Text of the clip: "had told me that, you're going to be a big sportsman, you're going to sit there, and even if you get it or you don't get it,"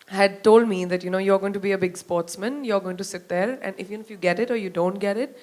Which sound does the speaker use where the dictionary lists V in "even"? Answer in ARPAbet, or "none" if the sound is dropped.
F